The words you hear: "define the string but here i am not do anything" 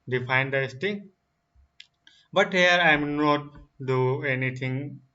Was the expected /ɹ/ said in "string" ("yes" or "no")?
no